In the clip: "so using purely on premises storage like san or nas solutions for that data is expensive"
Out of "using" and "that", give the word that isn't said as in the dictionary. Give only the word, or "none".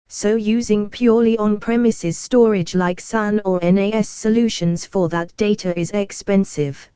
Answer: none